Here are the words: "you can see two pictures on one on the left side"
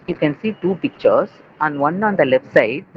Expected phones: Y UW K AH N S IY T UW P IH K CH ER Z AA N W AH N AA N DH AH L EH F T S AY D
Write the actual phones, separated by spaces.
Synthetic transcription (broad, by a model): Y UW K AH N S IY T UW P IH K CH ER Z AA N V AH N AA N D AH L EH F T S AY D